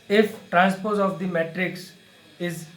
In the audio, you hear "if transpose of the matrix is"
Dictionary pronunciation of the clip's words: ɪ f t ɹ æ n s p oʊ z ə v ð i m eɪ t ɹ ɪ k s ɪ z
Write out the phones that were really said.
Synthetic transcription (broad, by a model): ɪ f t ɹ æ n s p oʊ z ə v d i m eɪ t ɹ ɪ k s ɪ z